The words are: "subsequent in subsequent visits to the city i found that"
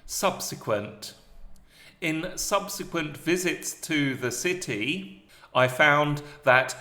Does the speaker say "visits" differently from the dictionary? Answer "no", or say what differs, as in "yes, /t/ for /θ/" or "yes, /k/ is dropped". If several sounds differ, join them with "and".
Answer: no